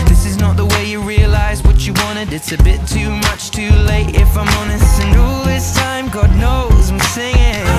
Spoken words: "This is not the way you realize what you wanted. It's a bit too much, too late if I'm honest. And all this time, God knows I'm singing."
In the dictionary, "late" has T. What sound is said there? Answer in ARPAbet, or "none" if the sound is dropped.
T